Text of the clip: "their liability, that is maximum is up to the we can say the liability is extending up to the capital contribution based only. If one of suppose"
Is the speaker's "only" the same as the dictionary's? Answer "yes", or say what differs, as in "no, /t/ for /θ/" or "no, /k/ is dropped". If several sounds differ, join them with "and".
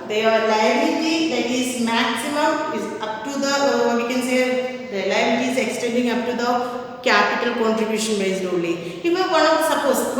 no, /n/ is dropped